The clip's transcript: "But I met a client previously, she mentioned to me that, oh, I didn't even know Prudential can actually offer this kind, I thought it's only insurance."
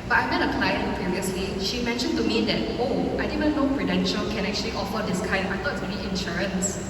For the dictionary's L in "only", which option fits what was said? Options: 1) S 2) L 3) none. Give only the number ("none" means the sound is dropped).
3